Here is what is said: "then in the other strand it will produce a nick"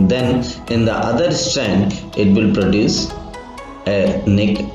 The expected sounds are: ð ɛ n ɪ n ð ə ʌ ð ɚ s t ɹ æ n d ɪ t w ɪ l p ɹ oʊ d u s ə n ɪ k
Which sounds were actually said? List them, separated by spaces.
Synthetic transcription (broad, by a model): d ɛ n ɪ n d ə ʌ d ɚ s t æ n d ɪ t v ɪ l p ɹ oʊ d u s ə n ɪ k